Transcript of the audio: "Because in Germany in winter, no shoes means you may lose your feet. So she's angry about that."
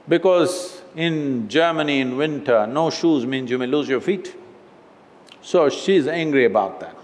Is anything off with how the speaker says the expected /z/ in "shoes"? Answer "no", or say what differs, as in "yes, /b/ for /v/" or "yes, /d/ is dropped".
no